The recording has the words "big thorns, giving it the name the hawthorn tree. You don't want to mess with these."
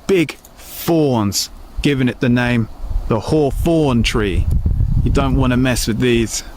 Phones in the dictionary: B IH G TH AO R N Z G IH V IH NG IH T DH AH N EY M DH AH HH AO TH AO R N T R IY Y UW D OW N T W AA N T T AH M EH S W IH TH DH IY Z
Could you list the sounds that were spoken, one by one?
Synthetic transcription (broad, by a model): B IH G F AO N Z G IH V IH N IH T DH AH N EY M DH AH HH AO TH AO N T R IY Y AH D OW N T W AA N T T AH M EH S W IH DH IY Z